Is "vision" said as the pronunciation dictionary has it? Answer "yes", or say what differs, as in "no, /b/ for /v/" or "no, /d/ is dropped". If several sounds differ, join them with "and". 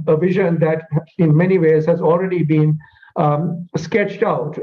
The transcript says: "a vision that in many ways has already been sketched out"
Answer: yes